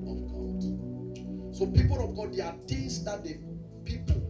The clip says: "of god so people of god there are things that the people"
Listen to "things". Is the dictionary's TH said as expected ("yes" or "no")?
no